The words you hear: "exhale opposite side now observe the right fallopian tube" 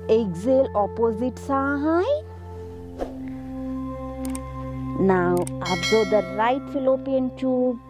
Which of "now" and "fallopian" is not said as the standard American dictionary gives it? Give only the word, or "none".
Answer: none